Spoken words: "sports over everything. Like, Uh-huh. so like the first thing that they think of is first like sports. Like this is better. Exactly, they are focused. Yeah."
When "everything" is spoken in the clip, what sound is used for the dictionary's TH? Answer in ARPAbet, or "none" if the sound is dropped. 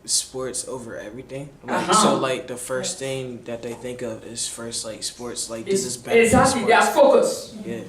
TH